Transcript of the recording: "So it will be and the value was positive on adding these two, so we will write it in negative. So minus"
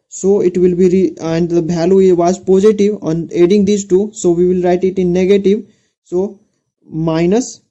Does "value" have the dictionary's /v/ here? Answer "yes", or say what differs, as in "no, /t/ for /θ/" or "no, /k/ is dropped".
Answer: no, /b/ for /v/